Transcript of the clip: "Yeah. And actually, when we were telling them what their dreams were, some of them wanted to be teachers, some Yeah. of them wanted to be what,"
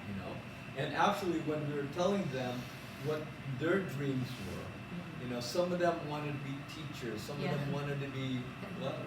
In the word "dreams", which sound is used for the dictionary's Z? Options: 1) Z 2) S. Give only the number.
1